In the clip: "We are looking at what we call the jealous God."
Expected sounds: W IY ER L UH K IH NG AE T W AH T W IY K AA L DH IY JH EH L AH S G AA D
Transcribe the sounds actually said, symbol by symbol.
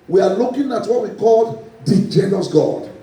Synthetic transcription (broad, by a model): W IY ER L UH K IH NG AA T W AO T W IY K AA L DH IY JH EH N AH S G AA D